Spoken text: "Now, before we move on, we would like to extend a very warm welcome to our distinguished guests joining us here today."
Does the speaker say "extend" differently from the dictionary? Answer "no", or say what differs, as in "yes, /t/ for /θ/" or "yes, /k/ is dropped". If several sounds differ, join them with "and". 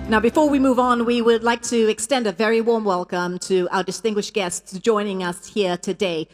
no